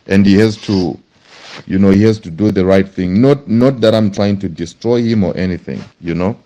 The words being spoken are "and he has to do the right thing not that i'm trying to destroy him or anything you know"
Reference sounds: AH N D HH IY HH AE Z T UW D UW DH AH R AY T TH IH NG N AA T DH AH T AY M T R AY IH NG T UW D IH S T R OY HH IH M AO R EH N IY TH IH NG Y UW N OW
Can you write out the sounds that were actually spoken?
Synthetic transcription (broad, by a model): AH N D HH IY HH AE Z T UW D UW DH AH R AY T TH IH NG N AA T DH AH T AY M T R AY IH NG T UW D IH S T R OY HH IH M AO R EH N IY TH IH NG Y UW N OW